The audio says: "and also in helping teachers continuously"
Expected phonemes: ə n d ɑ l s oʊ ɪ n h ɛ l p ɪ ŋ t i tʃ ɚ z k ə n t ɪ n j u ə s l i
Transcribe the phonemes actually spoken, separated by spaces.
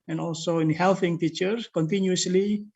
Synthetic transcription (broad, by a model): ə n ɑ l s oʊ ɪ n h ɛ l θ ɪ ŋ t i tʃ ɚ k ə n t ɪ n j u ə s l i